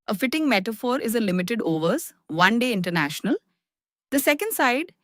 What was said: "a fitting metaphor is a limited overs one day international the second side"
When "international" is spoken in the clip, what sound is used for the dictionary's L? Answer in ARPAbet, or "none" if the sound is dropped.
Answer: L